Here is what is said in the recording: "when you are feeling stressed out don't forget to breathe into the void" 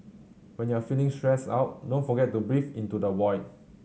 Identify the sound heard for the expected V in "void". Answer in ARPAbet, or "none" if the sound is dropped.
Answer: W